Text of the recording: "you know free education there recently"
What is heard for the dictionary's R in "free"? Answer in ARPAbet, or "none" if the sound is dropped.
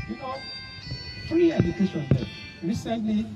L